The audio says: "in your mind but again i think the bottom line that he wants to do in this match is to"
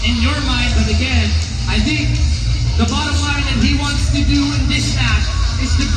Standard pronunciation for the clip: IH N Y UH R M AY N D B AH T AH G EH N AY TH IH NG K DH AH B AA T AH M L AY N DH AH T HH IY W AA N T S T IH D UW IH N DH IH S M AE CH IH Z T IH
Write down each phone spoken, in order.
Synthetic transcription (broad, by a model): IH N Y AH R M AY N D B AH T AH G EH N AY TH IH NG K DH AH B AA T AH M L AY N DH AH T HH IY W AA N T S T IH D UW IH N DH IH S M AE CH IH Z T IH